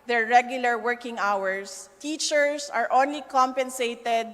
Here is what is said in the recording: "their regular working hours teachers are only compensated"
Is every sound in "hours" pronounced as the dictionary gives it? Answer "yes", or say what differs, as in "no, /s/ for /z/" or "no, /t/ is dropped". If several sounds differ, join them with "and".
no, /s/ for /z/